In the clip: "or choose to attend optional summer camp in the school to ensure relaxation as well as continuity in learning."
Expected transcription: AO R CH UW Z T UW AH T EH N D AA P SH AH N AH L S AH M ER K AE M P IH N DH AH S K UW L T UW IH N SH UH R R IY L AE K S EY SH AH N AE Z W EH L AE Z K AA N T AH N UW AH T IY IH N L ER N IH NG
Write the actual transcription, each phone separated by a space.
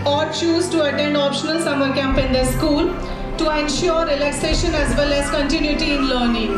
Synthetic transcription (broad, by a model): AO R CH UW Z T UW AH T EH N D AA P SH AH N AH L S AH M ER K AE M P IH N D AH S K UW L T UW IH N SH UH R R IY L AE K S EY SH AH N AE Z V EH L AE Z K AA N T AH N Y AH T IY IH N L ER N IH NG